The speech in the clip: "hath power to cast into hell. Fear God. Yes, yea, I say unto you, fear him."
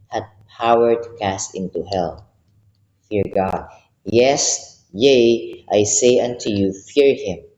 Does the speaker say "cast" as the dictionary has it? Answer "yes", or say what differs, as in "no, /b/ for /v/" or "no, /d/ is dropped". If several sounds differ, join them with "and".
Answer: yes